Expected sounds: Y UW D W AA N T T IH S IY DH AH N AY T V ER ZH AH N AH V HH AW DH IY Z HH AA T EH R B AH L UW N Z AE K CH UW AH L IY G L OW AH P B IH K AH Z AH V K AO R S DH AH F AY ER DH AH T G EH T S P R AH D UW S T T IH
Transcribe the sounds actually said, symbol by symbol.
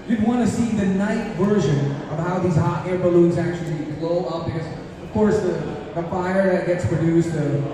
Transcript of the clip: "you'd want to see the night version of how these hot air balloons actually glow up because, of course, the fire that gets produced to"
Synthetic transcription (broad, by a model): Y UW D W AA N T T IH S IY DH AH N AY T V ER ZH AH N AH V HH AW DH IY Z HH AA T EH R B AH L UW N Z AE K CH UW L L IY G L OW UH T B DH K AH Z AH V K AO R S DH AH F AY ER DH AH T G EH T S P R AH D UW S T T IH